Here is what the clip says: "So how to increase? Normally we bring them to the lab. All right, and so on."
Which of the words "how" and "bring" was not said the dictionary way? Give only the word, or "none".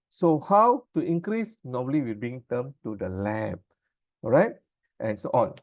bring